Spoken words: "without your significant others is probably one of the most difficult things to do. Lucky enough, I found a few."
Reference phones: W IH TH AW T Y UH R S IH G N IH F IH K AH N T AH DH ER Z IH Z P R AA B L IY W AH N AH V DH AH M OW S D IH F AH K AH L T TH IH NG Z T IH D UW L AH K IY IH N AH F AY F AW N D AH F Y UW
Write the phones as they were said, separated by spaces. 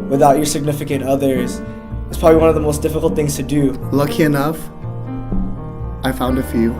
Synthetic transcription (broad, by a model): W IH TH AW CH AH R S IH G N IH F IH K AH N T AH DH ER Z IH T P R AA B L IY W AH N AH V DH AH M OW S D IH F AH K L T TH IH NG Z T IH D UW L AH K IY IH N AH F AY F AW N D AH F Y UW